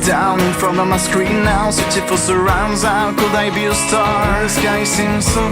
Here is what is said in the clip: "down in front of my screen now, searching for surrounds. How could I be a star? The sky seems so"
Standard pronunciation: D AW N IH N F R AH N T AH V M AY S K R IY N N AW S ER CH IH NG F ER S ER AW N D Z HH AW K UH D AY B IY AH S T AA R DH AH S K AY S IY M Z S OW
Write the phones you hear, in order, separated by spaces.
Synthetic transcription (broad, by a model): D AW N IH N F R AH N AH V M AY S K R IY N N AW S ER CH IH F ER S ER AW N D Z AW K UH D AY B IY AH S T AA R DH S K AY S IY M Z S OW